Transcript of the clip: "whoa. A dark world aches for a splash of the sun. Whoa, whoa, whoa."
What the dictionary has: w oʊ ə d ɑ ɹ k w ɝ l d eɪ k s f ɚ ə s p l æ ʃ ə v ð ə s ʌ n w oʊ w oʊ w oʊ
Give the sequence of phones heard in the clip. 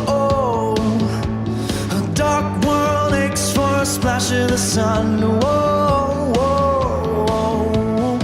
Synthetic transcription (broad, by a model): oʊ ə d ɑ ɹ k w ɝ l eɪ k s f ɚ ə s p l æ ʃ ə ð ə s ʌ n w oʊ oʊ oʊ